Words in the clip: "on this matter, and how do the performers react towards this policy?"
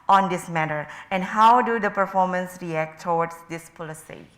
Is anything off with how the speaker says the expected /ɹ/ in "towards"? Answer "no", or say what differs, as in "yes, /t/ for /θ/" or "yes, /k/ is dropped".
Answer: yes, /w/ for /ɹ/